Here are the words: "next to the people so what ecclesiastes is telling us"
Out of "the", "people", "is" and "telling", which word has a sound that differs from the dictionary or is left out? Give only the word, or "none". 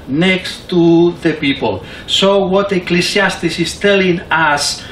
is